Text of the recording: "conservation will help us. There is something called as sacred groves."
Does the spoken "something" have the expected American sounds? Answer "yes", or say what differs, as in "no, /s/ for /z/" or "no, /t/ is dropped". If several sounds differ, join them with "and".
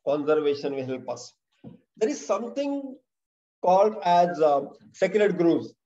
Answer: no, /t/ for /θ/